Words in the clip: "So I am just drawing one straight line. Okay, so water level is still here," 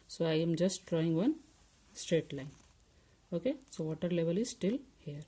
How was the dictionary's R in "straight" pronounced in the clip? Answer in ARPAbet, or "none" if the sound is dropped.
R